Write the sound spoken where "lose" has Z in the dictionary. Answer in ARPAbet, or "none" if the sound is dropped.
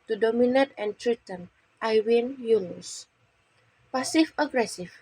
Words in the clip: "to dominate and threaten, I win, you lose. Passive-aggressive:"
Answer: S